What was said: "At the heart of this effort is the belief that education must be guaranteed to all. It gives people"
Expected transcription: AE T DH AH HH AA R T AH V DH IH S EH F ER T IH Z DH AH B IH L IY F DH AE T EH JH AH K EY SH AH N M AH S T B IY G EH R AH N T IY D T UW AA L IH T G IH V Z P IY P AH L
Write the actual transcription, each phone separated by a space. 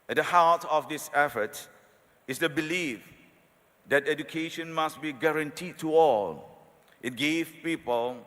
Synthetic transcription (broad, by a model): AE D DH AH HH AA L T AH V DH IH S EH F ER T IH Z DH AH B IH L IY F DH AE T EH JH AH K EY SH AH N M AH S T B IY G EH R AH N T IY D T UW AA L IH T G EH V P IY P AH L